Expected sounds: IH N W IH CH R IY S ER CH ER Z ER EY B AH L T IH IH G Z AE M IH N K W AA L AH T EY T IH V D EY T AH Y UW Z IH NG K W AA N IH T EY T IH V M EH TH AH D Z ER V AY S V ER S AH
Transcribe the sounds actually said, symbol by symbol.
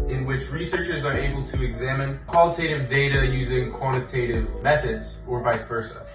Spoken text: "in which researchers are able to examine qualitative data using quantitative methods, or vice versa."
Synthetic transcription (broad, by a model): IH N W IH CH R IY S ER CH ER Z ER EY B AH L T IH IH G Z AE M IH N K W AA L AH T EY T IH V D EY T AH Y UW Z IH NG K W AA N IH T EY T IH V M EH TH AH D Z ER V AY S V ER S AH